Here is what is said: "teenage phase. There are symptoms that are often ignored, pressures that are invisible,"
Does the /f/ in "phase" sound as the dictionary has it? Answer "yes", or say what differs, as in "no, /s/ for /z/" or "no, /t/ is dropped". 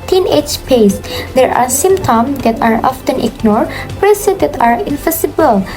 no, /p/ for /f/